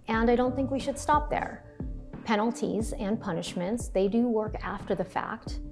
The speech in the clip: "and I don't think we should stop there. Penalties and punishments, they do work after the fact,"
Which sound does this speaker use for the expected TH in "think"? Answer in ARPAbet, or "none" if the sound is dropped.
TH